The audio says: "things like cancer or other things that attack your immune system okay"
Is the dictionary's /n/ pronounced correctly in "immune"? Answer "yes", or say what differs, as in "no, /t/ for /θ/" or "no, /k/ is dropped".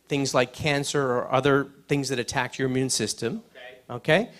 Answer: yes